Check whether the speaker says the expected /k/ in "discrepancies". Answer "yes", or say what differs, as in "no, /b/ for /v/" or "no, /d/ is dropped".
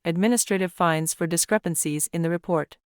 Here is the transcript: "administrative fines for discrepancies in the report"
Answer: yes